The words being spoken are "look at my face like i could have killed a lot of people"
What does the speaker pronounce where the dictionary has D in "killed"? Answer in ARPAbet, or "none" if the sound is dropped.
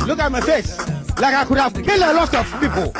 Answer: none